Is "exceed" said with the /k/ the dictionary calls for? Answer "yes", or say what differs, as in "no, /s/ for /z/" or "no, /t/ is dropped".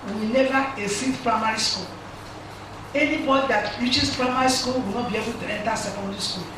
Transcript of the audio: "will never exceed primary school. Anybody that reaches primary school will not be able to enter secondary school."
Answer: no, /k/ is dropped